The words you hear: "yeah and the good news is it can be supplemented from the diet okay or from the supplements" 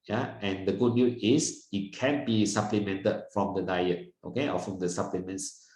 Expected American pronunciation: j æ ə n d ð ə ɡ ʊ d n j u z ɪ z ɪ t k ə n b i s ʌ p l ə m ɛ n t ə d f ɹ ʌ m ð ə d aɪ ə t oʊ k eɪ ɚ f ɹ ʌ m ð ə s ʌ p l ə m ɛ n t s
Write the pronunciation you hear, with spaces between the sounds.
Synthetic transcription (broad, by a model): j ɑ ə n d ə ɡ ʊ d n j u ɪ s ɪ t k ə n b i s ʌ p l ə m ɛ n t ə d f ɹ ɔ m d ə d aɪ ə t oʊ k eɪ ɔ f ɹ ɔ m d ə s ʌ p l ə m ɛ n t s